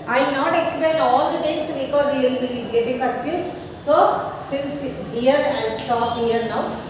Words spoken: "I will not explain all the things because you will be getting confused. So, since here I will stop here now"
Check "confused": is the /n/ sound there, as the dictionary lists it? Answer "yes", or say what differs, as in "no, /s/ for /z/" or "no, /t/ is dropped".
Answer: no, /n/ is dropped